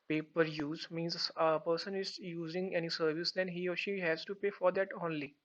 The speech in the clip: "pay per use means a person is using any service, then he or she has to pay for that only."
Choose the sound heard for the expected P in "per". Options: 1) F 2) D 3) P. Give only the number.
3